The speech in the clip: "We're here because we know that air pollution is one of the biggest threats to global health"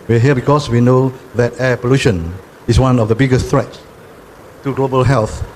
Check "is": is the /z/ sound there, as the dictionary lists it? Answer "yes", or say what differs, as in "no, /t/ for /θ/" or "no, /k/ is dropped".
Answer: no, /s/ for /z/